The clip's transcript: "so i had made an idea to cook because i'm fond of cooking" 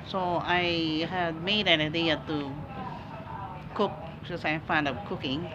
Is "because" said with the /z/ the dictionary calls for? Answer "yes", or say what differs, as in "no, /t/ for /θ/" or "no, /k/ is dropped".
no, /z/ is dropped